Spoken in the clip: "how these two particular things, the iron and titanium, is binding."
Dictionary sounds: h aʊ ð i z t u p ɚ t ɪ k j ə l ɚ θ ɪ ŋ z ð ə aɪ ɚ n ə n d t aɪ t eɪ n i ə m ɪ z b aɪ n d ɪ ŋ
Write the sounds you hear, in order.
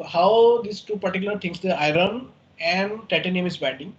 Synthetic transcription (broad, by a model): h aʊ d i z t u p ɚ t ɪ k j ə l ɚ t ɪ ŋ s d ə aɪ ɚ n ə n d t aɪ t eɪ n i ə m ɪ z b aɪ n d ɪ ŋ